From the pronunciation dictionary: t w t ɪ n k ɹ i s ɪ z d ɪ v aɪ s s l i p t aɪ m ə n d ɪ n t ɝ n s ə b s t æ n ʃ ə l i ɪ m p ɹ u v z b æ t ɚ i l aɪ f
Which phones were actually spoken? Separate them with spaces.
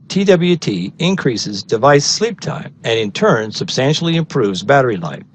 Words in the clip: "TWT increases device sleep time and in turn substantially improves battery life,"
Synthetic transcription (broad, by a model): t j t ɪ n k ɹ i s ɪ z d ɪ v aɪ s s l i p t aɪ m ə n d ɪ n t ɝ n s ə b s t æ n ʃ l i ɪ m p ɹ u v z b æ t ɚ i l aɪ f